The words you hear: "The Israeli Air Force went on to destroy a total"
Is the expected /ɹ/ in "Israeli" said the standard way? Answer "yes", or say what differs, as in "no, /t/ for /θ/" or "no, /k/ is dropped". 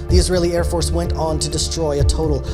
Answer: yes